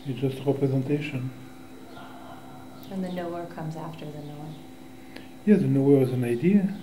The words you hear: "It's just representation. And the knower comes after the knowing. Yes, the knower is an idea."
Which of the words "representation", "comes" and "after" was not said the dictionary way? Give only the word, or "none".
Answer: none